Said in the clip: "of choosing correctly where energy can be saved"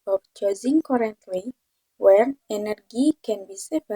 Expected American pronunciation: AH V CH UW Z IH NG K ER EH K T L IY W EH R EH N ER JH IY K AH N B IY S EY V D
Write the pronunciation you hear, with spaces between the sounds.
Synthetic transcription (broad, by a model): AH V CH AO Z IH NG K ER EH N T W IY W EH R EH N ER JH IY K AH N B IY S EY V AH